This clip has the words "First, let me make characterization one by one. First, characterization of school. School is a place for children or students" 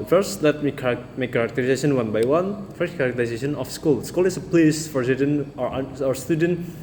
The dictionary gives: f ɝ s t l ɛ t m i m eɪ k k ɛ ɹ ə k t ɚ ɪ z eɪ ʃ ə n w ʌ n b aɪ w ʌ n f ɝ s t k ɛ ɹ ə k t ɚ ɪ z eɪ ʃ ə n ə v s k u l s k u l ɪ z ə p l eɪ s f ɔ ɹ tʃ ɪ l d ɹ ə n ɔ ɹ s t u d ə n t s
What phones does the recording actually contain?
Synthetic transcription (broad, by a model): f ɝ s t l ɛ t m i m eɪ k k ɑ ɹ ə k t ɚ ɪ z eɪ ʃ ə n w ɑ n b aɪ w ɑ n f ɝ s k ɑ ɹ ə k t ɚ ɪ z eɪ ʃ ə n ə f s k u l s k u l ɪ s ə p l eɪ s f ɔ ɹ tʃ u d ə n ɔ ɹ s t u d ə n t